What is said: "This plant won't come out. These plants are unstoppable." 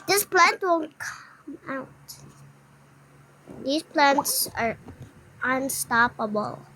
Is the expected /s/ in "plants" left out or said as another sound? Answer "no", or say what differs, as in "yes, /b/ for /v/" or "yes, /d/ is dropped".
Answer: no